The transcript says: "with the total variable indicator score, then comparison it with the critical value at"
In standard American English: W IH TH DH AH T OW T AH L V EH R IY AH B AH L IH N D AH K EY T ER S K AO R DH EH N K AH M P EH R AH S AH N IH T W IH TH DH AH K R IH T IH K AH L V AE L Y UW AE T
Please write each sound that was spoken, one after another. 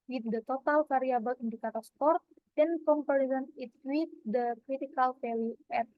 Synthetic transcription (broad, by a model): W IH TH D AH T OW T AH L F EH R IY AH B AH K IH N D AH K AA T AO S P AO R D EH N K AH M P R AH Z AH N IH T W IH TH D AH K R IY T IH K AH L F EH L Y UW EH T